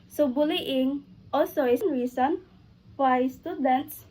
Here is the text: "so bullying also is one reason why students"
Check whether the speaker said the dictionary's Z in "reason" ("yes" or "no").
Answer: no